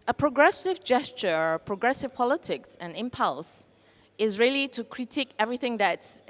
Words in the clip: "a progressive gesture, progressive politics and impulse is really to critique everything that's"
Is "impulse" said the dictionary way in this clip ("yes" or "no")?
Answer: yes